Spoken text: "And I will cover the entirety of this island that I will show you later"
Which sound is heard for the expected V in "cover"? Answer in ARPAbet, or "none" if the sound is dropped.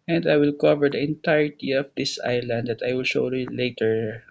V